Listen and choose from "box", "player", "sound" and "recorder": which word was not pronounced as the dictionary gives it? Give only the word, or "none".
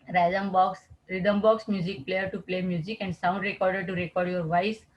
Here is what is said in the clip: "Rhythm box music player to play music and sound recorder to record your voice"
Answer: none